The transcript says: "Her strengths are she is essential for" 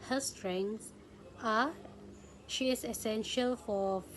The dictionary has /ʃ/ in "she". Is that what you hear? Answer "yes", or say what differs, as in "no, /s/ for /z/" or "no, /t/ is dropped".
yes